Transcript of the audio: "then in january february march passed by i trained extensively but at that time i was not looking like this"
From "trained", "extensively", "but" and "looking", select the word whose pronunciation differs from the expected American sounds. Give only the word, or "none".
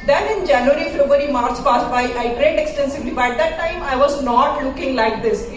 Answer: trained